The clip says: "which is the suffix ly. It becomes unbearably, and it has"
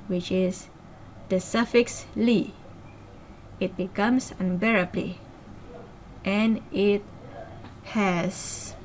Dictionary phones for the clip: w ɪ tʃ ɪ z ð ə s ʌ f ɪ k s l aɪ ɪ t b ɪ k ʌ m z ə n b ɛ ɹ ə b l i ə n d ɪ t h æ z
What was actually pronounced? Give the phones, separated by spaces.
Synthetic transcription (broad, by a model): w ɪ tʃ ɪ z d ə s ʌ f ɪ k s l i ɪ t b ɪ k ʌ m s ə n b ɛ ɹ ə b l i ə n ɪ t h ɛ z